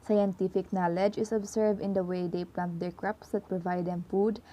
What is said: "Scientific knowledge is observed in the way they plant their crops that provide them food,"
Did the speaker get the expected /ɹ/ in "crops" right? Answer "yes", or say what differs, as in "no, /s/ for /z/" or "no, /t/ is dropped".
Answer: yes